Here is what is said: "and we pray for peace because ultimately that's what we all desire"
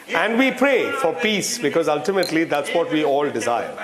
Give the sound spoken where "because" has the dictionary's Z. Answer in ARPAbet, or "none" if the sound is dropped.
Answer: Z